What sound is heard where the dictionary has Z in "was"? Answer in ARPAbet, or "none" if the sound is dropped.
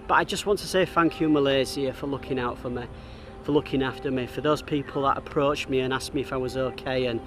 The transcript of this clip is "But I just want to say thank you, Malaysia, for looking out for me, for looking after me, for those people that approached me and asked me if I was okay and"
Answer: Z